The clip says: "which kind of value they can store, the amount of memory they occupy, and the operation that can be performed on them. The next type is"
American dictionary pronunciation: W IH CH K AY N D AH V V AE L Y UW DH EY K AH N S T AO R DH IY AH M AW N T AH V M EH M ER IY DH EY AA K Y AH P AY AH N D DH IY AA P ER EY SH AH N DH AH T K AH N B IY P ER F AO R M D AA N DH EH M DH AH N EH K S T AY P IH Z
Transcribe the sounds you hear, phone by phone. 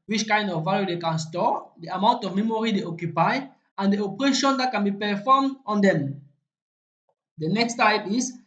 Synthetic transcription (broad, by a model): W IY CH K AY N D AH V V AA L Y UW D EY K AH N S T AO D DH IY AH M AW N T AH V M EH M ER IY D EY AA K Y AH P AY AH N D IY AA P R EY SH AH N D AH T K AH N B IY P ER F AO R M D AA N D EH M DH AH N EH K S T AY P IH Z